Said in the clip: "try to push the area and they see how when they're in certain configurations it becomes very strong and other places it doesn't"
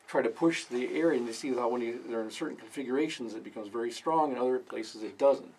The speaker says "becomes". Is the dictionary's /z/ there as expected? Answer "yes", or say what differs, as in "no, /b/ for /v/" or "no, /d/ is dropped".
yes